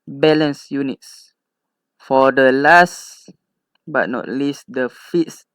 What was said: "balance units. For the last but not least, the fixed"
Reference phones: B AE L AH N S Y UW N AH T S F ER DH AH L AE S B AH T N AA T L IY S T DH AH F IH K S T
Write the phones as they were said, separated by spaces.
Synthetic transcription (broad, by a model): B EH L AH N S Y UW N AH T S F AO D AH L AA S B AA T N AA T L IY S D AH F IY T S